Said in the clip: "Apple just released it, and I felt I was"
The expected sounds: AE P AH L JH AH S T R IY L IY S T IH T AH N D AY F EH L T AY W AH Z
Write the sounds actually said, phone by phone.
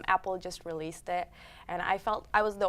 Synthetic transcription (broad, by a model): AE P L JH AH S T R IY L IY S T IH T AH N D AY F EH L T AY W AH Z